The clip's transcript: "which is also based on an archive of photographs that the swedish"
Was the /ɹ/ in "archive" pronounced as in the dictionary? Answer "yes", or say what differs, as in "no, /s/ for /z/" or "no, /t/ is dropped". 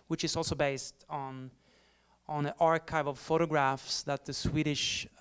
yes